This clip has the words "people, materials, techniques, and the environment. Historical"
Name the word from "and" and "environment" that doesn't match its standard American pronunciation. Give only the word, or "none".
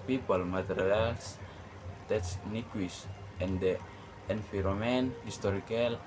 environment